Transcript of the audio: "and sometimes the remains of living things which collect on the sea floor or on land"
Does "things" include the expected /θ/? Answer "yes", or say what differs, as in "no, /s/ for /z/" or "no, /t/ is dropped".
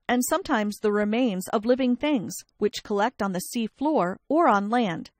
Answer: yes